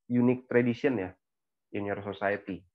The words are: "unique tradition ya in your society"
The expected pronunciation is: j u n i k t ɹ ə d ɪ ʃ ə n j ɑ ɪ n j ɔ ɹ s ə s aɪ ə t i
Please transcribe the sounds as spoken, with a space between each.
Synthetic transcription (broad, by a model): j u n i k t ɹ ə d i s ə n j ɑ ɪ n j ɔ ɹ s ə s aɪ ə t i